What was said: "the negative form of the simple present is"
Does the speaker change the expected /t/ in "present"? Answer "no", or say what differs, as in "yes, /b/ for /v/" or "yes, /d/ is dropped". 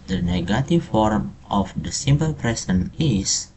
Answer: yes, /t/ is dropped